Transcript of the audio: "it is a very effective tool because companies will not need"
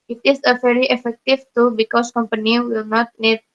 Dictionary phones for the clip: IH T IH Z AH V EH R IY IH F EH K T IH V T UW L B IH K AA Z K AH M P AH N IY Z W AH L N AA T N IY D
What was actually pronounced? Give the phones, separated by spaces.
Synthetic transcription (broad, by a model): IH T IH S AH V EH R IY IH F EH K T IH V T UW B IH K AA S K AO M P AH N IY W AH L N AA T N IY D